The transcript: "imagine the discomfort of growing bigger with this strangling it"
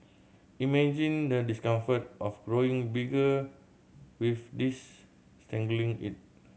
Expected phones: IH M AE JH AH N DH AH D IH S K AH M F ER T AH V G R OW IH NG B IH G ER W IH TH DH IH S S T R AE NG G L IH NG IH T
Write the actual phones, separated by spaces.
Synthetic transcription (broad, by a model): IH M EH JH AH N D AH D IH S K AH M F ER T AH F G R OW IH NG B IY G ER W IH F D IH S S T EH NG G L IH NG IH T